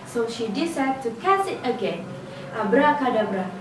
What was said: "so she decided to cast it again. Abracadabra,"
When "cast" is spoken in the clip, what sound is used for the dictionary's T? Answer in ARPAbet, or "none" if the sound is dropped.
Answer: none